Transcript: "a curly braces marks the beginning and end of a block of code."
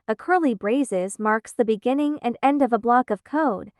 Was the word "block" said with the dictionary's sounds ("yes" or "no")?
yes